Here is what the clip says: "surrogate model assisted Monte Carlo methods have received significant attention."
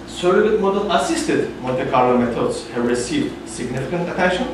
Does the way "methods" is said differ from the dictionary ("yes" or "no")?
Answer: yes